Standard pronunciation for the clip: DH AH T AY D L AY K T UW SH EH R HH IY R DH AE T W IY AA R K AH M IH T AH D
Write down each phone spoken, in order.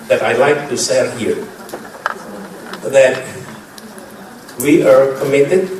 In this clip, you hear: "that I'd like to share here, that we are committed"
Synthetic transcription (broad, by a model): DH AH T AY L AY K T UW S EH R HH IY R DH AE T W IY AA R K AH M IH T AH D